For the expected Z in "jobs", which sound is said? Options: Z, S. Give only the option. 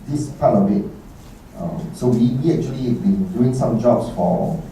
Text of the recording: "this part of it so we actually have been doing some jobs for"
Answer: S